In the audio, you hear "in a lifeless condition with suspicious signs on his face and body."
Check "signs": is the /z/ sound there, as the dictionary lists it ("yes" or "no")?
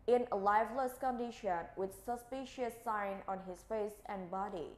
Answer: no